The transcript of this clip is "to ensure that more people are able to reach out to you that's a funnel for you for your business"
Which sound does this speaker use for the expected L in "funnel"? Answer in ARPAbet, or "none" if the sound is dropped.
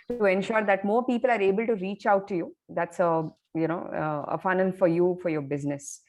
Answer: N